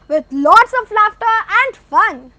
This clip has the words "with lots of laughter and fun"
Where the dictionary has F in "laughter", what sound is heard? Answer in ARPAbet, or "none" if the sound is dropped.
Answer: F